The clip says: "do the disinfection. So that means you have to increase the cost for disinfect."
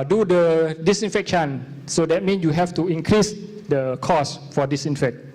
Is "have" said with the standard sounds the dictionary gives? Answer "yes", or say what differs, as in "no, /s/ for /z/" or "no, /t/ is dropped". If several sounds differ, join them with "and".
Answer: no, /f/ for /v/